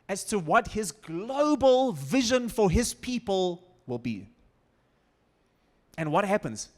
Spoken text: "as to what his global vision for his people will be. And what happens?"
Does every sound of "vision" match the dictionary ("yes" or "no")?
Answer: yes